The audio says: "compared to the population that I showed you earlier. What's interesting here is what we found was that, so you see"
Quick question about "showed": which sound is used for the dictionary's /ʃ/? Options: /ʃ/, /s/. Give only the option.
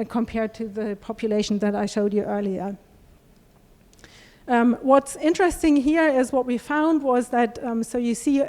/ʃ/